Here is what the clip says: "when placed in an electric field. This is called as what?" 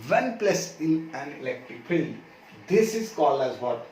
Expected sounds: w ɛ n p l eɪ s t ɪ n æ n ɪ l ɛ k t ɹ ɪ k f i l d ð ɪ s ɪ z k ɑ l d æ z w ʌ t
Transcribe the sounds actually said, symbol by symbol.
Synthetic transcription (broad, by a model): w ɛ n p l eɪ s ɪ n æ n ɪ l ɛ k t ɹ ɪ k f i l d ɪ s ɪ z k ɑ l æ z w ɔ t